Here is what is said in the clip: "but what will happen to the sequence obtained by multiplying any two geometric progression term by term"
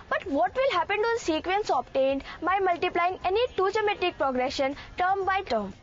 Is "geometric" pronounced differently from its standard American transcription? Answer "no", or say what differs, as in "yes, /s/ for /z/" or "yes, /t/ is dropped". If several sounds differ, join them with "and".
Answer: yes, /ɹ/ is dropped